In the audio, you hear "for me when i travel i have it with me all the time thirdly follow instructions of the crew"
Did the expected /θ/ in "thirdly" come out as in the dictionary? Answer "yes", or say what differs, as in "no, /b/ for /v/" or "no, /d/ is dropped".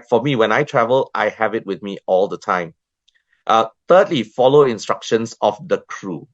no, /t/ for /θ/